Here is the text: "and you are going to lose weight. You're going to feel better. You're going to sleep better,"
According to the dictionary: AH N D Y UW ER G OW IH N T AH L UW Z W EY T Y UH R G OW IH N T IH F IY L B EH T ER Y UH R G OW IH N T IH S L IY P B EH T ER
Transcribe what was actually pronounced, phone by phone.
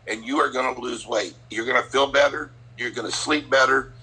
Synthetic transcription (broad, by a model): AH N Y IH ER G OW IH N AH L UW Z W EY T Y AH R G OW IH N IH F IY L B EH T ER Y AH R G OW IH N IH S L IY P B EH T ER